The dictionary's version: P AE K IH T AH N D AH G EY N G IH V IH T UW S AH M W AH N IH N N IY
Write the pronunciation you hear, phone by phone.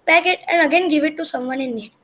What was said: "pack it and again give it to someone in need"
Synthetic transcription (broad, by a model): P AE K IH T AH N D AH G EY N G IH V IH T UW S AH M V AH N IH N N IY